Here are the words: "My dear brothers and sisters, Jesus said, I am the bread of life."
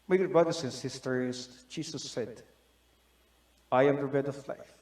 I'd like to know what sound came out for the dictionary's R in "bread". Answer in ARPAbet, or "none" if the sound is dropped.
none